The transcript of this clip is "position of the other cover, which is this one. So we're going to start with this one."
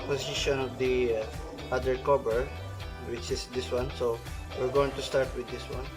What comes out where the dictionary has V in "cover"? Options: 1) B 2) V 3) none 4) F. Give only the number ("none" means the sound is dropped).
1